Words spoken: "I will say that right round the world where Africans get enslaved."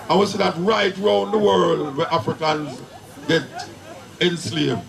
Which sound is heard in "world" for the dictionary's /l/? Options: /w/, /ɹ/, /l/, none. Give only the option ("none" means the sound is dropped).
/l/